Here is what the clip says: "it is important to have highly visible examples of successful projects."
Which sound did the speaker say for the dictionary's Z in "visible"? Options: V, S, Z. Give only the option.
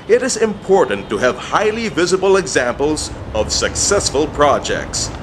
Z